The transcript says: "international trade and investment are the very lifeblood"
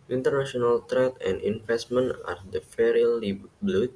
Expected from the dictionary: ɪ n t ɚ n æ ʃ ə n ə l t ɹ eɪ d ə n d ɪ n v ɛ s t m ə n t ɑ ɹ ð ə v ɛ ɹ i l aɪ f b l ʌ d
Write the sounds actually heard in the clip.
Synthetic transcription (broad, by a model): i n t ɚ n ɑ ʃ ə n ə l t ɹ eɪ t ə n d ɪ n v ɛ s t m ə n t ɑ ɹ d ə f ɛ ɹ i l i b l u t